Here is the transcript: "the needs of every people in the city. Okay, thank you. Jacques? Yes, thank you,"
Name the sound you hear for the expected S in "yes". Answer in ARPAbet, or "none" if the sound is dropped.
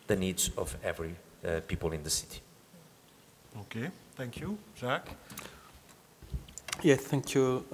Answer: none